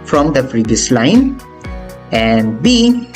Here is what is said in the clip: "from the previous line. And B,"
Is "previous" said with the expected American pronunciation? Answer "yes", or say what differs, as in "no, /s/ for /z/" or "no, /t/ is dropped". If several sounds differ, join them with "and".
no, /f/ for /p/